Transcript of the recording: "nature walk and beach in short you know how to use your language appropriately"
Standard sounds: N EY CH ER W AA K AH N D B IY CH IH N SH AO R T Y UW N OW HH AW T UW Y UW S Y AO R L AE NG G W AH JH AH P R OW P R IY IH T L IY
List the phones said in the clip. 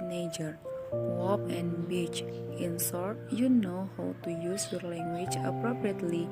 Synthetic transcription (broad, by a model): N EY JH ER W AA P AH N B IY CH IH N S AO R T Y UW N OW HH AW T UW Y UW S Y AO R L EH NG G W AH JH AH P R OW P R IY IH T L IY